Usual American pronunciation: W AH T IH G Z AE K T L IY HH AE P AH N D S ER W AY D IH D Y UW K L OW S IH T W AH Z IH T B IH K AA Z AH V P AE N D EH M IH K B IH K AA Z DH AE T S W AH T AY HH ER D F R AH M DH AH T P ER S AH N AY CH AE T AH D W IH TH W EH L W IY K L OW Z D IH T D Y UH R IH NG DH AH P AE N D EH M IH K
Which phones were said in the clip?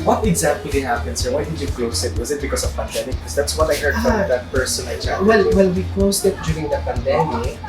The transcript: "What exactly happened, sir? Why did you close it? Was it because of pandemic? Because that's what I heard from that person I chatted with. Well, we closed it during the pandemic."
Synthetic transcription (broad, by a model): W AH T IH G Z AE K T L IY HH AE P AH N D S ER W AY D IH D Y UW K L OW S IH T W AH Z IH T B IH K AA S AH V P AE N D EH M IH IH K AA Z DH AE T S W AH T AY HH ER D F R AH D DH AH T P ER S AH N AY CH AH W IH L W EH L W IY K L OW S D IH T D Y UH R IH NG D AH P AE N D EH M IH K